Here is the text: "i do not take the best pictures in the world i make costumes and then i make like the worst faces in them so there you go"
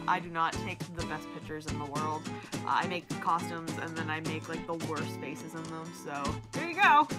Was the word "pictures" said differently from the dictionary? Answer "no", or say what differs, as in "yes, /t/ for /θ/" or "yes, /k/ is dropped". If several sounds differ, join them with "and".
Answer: no